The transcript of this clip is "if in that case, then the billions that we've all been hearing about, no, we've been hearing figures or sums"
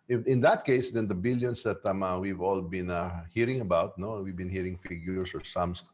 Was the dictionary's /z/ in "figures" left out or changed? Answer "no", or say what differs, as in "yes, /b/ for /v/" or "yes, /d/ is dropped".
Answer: yes, /s/ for /z/